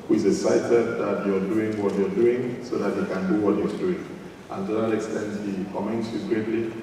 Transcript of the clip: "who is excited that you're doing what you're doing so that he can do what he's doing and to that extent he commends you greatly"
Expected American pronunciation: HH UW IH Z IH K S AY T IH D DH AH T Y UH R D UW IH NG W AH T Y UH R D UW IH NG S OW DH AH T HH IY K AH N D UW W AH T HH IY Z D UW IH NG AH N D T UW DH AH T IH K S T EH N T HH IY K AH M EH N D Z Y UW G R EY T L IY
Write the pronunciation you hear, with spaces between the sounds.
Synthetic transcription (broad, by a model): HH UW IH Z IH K S AY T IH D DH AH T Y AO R D UW IH NG W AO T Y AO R D UW IH NG S OW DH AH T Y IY K AH N D UW W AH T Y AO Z D UW IH NG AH N T UW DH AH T IH K S T EH N T HH IY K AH M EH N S Y UW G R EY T L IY